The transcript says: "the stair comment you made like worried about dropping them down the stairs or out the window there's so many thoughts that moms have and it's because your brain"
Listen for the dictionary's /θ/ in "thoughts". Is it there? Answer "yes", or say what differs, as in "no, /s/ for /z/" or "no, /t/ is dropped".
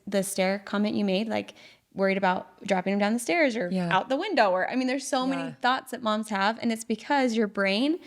yes